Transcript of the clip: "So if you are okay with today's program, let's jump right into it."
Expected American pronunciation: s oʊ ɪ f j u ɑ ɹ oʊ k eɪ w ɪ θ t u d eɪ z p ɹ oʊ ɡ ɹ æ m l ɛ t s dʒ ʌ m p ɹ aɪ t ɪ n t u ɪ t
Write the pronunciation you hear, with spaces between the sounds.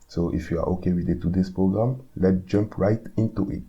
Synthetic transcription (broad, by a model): s oʊ ɪ f j u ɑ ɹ oʊ k eɪ w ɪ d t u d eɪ s p ɹ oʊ ɡ ɹ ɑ m l ɛ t dʒ ʌ m p ɹ aɪ t ɪ n t u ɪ t